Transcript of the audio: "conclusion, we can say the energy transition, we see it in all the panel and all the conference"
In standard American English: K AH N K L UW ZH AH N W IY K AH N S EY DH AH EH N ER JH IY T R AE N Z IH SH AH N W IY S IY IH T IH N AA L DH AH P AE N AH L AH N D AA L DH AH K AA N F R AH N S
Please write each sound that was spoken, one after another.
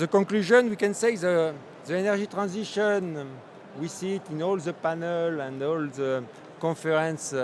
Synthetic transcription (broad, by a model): K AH K L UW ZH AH N W IY K AH N S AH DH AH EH N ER ZH IY T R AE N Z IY SH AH N W IY S IY T IH N AA L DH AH P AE N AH L AH N D AA L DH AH K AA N F R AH N S